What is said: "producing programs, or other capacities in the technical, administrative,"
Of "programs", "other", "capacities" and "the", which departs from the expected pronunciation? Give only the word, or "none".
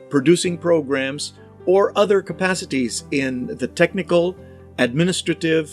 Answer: none